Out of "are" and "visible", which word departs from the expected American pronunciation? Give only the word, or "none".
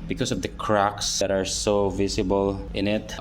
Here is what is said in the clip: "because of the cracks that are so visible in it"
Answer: visible